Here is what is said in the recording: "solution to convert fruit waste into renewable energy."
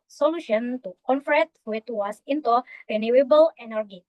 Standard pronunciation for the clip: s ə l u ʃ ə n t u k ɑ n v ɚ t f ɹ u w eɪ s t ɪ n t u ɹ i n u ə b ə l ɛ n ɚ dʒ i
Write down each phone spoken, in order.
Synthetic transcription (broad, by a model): s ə l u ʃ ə n t u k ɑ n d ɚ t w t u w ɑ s ɪ n t u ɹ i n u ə b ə l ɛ n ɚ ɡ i